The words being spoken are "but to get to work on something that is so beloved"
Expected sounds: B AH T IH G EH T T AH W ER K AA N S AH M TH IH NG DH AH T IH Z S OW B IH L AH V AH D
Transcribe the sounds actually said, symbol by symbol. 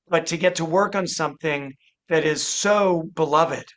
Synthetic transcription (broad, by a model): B AH T IH G EH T T AH W ER K N S AH M TH IH NG DH AH T IH Z S OW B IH L AH V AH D